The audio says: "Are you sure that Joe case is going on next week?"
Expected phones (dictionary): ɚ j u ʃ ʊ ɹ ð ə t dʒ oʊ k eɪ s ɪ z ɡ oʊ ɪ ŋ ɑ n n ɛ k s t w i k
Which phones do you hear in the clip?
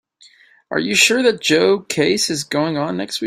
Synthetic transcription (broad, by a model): ɚ j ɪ ʃ ʊ ɹ ð ə t dʒ oʊ k eɪ s ɪ z ɡ oʊ ɪ ŋ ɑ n n ɛ k s t w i